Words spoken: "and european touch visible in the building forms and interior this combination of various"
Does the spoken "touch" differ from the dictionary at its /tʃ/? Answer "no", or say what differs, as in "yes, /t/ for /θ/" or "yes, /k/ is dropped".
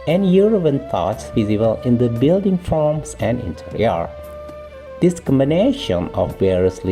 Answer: yes, /s/ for /tʃ/